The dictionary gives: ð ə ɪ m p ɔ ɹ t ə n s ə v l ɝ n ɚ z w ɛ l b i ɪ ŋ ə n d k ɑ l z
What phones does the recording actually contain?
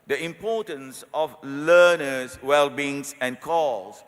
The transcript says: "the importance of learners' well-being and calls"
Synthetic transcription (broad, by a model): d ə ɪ m p ɔ t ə n s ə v l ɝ n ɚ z w ɛ l b i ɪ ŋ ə n k ɑ l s